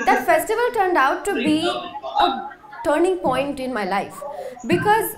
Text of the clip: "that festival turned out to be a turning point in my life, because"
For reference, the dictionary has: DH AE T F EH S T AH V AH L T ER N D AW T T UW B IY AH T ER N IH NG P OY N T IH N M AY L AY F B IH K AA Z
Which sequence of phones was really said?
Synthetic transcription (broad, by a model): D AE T F EH S T AH V AH L T ER N D AW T T UW B IY AH T ER N IH NG P OY N T IH N M AY L AY F B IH K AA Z